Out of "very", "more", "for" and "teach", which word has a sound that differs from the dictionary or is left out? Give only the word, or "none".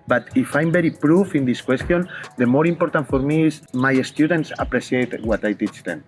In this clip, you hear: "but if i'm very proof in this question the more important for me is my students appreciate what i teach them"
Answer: very